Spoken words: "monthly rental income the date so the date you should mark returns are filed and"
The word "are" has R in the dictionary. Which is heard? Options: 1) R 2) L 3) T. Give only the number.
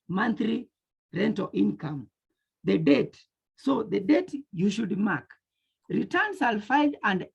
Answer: 2